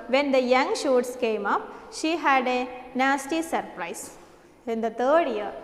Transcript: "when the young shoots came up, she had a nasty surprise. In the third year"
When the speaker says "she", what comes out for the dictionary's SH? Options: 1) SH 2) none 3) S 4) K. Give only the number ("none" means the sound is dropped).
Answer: 1